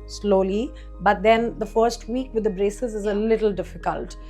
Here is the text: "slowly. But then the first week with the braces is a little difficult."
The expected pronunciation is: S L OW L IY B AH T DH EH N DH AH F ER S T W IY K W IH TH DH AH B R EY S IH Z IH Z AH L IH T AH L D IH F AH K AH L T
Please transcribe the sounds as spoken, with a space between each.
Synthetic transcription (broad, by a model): S L OW L IY B AH T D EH N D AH F ER S T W IY K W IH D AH B R EY S IH Z IH Z AH L IH T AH L D IH F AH K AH L T